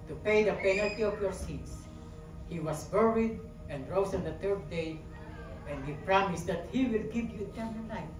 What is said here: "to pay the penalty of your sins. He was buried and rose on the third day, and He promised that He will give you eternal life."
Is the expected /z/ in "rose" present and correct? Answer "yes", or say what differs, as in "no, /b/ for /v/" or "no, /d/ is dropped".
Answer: no, /s/ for /z/